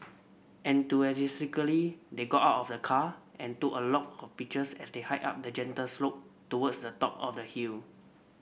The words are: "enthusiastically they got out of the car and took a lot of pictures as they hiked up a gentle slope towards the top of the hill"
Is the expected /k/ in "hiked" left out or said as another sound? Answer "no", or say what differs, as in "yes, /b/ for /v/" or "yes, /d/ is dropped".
yes, /k/ is dropped